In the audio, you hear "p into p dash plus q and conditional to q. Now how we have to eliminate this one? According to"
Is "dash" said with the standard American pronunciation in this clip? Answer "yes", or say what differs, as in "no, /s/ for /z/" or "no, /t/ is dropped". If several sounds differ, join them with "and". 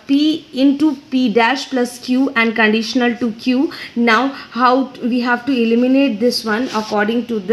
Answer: yes